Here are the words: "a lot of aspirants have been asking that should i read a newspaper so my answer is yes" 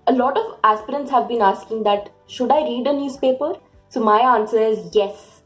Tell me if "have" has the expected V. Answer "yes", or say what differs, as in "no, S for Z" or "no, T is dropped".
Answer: yes